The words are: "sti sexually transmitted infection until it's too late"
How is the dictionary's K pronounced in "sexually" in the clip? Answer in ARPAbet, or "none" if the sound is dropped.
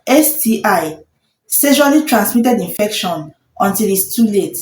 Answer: none